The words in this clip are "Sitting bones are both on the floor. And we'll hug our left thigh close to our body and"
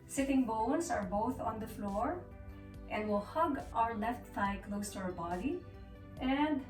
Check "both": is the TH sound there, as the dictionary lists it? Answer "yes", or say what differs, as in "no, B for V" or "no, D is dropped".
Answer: yes